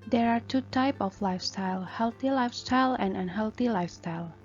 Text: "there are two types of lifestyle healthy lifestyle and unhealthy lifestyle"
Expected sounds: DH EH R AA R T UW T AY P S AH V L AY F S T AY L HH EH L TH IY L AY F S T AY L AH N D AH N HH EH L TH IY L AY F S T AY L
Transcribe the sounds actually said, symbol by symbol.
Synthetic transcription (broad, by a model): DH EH R AA R T UW T AY P AH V L AY F S T AY L HH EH L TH IY L AY F S T AY L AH N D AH N HH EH L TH IY L AY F S T AY L